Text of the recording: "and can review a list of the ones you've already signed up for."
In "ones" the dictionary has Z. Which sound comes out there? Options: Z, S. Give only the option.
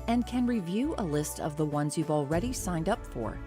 Z